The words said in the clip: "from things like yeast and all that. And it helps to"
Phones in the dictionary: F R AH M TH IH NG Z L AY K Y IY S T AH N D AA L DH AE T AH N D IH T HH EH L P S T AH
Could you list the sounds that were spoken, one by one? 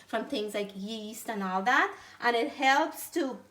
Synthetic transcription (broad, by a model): F R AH M TH IH NG Z L AY K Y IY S T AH N AA L DH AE T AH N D IH T HH EH L P S T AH